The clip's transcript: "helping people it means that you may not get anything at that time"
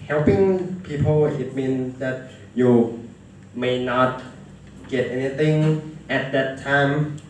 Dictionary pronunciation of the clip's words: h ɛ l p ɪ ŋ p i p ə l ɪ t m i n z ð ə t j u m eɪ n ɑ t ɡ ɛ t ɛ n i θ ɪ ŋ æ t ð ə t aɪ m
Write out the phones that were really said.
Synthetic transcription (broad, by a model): h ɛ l p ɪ ŋ p i p ə l ɪ t m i n s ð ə t j u m eɪ n ɑ t ɡ ɛ t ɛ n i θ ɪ ŋ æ t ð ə t aɪ m